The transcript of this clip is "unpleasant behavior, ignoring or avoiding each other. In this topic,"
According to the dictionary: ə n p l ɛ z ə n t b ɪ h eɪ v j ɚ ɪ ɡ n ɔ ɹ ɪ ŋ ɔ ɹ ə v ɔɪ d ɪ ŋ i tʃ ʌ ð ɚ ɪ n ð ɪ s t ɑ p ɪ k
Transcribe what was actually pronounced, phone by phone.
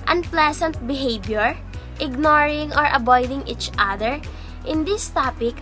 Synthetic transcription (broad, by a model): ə n p l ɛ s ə n t b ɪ h eɪ b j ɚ ɪ ɡ n ɔ ɹ ɪ ŋ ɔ ɹ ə b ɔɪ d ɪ ŋ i tʃ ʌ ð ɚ ɪ n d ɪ s t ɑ p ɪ k